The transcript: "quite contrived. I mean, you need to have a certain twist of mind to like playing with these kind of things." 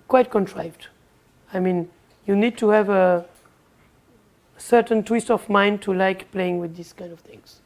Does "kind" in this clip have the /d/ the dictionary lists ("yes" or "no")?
yes